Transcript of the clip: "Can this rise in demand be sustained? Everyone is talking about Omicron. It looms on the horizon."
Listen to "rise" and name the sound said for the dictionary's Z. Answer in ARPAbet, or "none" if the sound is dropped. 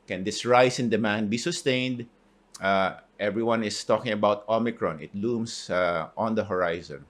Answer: S